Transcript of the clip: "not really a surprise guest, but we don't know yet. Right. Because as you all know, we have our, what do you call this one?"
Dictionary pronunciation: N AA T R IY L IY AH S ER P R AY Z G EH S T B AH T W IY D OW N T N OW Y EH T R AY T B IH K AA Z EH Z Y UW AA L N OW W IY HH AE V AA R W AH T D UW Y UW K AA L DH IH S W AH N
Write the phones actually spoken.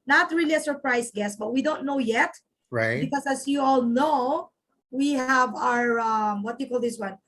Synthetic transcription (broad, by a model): N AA T R IY L IY AH S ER P R AY S G EH S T B AH T W IY D OW N T N OW Y EH T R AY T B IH K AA S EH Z Y UW AA L N OW W IY HH AE V AA R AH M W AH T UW K AA L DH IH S W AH N